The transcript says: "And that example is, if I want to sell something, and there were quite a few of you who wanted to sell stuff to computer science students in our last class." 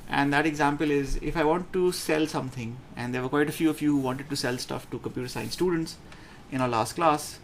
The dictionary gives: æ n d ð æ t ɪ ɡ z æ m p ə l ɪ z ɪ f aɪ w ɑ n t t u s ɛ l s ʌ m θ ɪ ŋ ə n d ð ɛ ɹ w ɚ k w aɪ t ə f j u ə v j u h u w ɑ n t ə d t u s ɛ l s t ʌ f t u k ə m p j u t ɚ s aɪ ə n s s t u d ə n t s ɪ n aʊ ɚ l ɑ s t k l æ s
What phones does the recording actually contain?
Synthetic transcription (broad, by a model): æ n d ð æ t ɪ ɡ z æ m p ə l ɪ z ɪ f aɪ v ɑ n t t u s ɛ l s ʌ m t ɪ ŋ ə n d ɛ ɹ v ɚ k w aɪ t ə f j u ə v j u h u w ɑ n t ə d t u s ɛ l s t ʌ f t u k ə m p j u t ɚ s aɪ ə n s s t u d ə n t s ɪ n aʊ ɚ l ɑ s t k l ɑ s